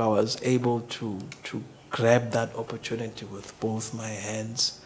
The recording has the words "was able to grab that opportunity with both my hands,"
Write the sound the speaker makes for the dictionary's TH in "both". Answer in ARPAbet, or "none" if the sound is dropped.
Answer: TH